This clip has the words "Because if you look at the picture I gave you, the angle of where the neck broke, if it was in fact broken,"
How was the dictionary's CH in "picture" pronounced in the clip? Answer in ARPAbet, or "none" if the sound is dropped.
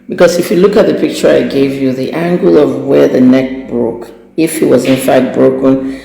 CH